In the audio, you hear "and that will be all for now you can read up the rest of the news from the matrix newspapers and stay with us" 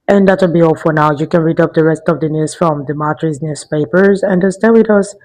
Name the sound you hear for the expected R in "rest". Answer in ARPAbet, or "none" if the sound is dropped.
R